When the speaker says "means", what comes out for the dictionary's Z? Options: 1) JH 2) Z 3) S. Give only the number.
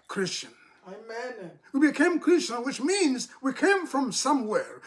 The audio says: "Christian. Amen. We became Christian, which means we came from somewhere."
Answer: 2